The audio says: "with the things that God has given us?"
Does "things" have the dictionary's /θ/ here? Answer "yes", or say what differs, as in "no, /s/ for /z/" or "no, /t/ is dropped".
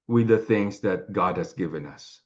yes